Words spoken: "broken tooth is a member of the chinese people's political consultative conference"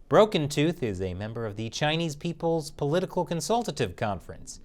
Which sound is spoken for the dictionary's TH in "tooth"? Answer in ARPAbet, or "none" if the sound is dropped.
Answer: TH